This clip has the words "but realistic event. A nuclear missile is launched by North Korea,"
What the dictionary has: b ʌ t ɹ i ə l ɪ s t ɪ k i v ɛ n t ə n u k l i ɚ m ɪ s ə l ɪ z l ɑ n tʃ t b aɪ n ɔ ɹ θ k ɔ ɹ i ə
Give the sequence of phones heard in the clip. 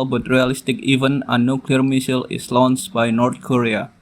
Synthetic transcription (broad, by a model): b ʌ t ɹ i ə l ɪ s t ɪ k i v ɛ n ə n u k l i ɚ m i s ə l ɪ s l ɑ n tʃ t b aɪ n ɔ ɹ t k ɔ ɹ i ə